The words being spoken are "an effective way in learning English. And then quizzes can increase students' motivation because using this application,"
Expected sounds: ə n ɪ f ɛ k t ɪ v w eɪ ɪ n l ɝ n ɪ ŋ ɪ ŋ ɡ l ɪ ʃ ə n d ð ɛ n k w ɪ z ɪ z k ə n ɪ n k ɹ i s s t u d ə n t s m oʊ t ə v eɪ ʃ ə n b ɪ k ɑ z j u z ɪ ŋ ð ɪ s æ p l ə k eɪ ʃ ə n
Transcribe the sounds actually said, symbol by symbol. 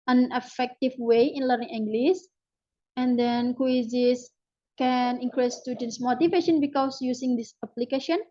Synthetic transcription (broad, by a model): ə n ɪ f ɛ k t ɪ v w eɪ ɪ n l ɝ n ɪ ŋ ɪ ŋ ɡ l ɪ s ə n d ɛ n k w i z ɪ s k ə n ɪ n k ɹ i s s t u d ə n s m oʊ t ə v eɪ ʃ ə n b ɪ k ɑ s j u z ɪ ŋ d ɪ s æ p l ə k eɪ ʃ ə n